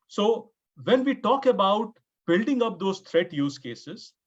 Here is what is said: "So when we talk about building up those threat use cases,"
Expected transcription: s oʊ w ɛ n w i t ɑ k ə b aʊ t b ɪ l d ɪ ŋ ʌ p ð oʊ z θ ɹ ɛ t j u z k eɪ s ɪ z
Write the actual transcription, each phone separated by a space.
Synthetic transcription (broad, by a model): s oʊ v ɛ n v i t ɑ k ə b aʊ t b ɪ l d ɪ ŋ ʌ p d oʊ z t ɹ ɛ t j u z k eɪ s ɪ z